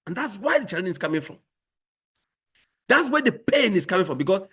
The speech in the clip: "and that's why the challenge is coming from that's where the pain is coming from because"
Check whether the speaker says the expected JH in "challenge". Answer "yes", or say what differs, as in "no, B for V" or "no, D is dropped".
no, JH is dropped